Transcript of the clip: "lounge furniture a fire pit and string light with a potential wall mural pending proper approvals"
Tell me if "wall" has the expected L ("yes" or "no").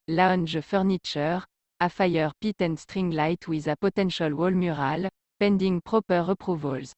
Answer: yes